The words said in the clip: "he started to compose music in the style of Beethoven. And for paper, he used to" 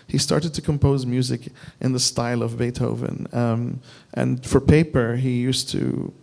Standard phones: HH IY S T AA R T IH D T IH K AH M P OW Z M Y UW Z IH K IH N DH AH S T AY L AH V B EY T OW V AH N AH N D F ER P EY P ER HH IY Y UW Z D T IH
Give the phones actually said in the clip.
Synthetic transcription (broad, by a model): HH IY S T AA R T IH D T IH K AH M P OW Z M Y UW Z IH K IH N DH AH S T AY L AH V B EY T OW V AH N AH N F ER P EY P ER HH IY Y UW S T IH